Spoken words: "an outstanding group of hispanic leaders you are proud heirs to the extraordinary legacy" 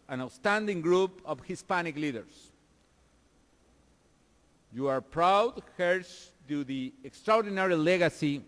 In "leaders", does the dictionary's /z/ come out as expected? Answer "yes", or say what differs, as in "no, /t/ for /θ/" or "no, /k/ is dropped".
no, /s/ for /z/